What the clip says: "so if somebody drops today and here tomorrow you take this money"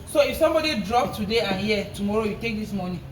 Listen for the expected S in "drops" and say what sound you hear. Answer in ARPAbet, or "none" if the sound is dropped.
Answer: none